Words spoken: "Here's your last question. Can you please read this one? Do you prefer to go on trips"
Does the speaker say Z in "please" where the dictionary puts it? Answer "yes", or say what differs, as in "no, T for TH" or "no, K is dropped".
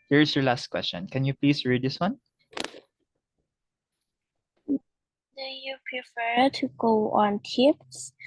no, S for Z